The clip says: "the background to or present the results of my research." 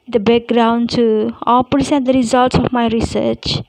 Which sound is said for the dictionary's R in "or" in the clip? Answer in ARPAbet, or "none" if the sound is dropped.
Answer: L